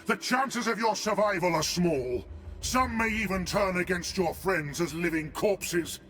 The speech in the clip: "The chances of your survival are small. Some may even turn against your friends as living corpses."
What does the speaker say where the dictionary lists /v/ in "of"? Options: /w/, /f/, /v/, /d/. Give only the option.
/v/